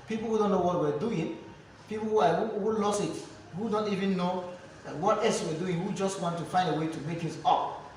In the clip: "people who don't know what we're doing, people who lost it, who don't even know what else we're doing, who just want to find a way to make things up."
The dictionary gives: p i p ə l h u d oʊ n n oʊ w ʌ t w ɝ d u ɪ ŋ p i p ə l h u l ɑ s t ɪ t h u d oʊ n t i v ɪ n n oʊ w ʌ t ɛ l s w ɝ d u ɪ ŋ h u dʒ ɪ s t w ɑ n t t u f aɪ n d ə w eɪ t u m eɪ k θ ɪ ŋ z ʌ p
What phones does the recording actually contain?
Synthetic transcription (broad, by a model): p i p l h u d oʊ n n oʊ w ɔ t w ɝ d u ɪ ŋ p i p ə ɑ h u l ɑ s ɪ t h u d oʊ n t i v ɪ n n oʊ w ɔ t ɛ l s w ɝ d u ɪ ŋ h u dʒ ɪ s t w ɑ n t t u f aɪ n d ə w eɪ t u m eɪ k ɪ z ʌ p